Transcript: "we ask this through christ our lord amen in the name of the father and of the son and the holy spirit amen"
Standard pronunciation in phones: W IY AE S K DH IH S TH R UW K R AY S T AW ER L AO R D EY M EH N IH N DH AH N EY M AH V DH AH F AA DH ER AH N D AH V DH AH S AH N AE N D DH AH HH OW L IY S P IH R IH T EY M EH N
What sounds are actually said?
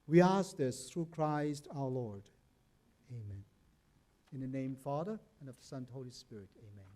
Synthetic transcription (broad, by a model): W IY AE S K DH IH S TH R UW K R AY S T AW ER L AO R D EY M EH N IH N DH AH N EY AH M F AA DH ER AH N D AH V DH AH S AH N N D HH OW L IY S P IH R IH T EY M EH N